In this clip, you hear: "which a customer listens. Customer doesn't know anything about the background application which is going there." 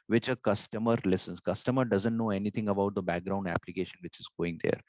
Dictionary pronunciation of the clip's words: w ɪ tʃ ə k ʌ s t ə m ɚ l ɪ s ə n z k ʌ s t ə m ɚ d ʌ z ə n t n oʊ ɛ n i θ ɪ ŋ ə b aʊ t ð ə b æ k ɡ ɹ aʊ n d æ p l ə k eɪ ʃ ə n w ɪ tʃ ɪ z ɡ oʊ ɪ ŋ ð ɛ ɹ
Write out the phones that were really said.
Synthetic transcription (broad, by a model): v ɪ tʃ ə k ʌ s t ə m ɚ l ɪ s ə n s k ʌ s t ə m ɚ d ʌ z ə n t n oʊ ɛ n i t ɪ ŋ ə b aʊ t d ə b æ k ɡ ɹ aʊ n d æ p l ə k eɪ ʃ ə n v ɪ tʃ ɪ z ɡ oʊ ɪ ŋ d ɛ ɹ